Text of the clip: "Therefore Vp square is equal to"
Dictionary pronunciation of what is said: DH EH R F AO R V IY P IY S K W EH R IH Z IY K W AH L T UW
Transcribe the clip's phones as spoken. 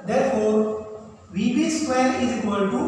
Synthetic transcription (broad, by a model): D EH R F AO R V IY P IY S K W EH L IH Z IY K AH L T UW